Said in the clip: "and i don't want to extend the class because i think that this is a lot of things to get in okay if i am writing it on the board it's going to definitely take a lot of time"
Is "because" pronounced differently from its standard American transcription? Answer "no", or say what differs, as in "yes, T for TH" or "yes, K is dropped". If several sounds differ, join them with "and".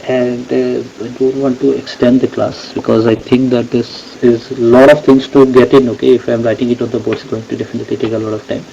no